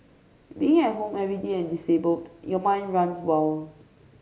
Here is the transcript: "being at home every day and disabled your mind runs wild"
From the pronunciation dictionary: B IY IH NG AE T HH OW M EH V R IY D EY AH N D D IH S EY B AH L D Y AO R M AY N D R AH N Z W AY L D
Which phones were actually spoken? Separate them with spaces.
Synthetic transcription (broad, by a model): B IY IH NG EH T HH OW M EH V R IY D EY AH N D D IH S EY B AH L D Y AO M AY N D R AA N S W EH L